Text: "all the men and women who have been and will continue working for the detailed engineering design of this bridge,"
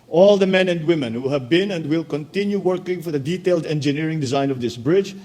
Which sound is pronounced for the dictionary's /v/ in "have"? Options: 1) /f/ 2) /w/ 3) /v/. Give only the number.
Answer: 3